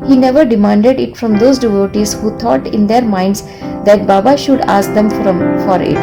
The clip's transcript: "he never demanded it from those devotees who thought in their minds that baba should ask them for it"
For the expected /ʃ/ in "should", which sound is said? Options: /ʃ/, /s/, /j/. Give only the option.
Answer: /ʃ/